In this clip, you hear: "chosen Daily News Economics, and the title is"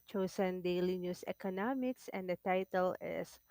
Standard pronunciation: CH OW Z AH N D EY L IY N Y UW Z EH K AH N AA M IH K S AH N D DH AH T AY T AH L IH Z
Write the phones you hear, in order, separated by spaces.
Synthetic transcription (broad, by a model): CH OW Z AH N D EY L IY N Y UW S EH K AH N AA M IH K S AH N D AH T AY T AH L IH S